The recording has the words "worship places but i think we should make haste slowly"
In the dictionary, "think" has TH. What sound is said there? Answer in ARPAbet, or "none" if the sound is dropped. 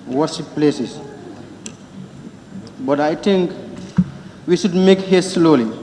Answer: T